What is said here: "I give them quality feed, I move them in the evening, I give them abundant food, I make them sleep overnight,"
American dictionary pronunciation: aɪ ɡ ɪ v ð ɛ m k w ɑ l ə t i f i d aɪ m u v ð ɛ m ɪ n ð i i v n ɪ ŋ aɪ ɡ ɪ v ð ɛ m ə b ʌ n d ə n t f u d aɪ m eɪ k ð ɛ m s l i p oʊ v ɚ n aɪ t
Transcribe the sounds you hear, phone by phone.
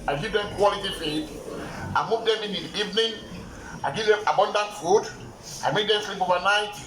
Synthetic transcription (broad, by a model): aɪ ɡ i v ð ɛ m k w ɑ l ə t i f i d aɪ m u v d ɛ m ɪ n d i i v n ɪ ŋ aɪ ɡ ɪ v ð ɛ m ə b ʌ n d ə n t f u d aɪ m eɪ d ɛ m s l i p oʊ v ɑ n aɪ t